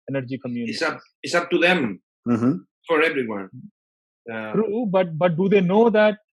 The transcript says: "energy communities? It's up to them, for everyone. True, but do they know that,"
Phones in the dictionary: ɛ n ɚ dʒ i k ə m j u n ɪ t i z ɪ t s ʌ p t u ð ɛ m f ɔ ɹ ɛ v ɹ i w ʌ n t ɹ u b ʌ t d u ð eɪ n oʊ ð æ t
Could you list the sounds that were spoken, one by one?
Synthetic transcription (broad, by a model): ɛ n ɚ dʒ i k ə m j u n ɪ s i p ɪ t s ʌ p t u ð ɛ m f ɔ ɹ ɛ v ɹ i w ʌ n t ɹ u b ʌ t d u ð eɪ n oʊ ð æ t